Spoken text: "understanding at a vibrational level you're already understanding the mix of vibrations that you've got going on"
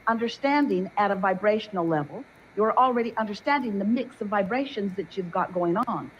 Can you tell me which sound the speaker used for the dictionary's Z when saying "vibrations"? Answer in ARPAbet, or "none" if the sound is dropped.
Z